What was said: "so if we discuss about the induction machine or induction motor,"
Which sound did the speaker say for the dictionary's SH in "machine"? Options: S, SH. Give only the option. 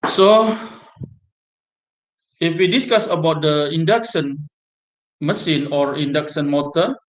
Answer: S